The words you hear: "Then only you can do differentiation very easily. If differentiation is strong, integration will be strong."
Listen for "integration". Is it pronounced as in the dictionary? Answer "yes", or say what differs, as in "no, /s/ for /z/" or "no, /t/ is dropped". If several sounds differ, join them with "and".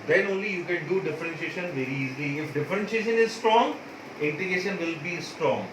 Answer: no, /ɹ/ is dropped